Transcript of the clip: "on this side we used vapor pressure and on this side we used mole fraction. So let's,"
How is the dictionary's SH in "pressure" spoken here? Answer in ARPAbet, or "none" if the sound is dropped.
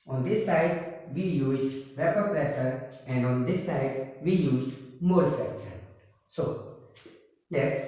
S